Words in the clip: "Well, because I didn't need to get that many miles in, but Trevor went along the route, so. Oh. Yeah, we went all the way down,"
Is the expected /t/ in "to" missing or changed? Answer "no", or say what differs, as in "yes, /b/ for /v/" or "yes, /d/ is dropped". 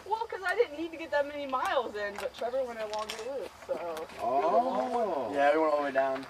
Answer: no